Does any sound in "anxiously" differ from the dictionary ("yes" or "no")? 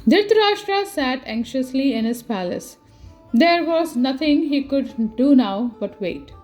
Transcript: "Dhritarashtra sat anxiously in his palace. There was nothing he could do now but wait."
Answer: no